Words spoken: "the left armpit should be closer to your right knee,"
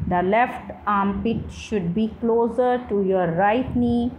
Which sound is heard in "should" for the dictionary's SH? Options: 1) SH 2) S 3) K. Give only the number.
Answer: 1